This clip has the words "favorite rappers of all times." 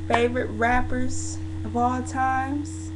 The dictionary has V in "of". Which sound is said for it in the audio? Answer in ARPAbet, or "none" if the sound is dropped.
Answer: V